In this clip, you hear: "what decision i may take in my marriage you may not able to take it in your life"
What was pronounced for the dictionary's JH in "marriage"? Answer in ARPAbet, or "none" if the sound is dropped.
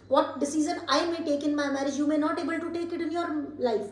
JH